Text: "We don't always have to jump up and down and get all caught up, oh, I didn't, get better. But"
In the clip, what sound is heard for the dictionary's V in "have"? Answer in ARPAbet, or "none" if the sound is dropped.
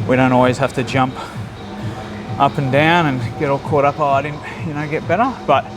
F